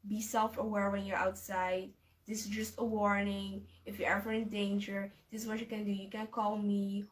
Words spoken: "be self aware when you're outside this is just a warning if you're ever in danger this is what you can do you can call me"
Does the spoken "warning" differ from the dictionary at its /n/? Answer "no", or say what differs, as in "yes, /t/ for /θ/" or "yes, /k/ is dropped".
no